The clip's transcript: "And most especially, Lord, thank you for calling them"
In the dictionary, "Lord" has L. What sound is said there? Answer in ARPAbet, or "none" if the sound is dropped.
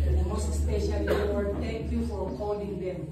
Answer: W